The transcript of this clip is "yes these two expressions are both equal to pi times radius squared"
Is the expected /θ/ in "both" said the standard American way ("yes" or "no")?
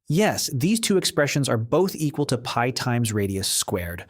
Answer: yes